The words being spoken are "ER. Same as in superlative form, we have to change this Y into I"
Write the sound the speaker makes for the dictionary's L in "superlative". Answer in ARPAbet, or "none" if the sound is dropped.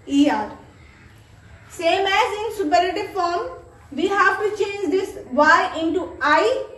none